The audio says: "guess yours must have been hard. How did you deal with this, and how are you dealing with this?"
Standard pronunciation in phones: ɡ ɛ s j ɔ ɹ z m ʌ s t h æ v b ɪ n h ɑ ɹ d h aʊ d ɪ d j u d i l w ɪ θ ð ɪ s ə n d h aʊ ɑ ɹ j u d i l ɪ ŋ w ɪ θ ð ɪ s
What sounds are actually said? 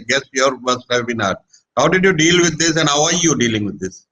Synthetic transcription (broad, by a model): ɡ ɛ s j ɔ ɹ m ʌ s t h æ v b ɪ n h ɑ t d h aʊ d ɪ d j u d i l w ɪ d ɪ s ə n d h aʊ ɑ ɹ j u d i l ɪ ŋ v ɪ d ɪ s